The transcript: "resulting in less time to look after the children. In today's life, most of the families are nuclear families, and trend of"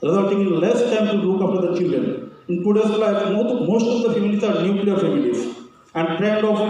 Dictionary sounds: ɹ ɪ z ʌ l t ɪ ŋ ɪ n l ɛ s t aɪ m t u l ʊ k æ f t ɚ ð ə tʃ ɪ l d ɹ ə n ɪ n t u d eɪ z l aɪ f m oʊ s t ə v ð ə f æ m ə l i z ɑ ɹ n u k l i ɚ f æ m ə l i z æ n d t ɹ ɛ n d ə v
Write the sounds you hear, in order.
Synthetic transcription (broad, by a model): ɹ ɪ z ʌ l t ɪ ŋ ɪ n l ɛ s t aɪ m t u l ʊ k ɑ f t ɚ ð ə tʃ ɪ l d ɹ ə n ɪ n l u d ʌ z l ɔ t m oʊ s t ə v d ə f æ m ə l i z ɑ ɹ n u k l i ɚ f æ m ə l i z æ n d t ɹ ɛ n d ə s